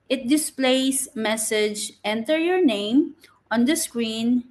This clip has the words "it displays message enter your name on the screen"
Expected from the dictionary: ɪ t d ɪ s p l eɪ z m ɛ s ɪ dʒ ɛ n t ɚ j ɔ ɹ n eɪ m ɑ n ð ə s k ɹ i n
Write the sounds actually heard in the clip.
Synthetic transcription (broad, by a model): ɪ t d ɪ s p l eɪ s m ɛ s ɪ dʒ ɛ n t ɚ j ɔ ɹ n eɪ m ɑ n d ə s k ɹ i n